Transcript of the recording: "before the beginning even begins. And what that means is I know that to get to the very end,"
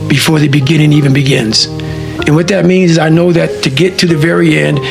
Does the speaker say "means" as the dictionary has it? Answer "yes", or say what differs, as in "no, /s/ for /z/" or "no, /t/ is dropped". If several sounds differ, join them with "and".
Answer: yes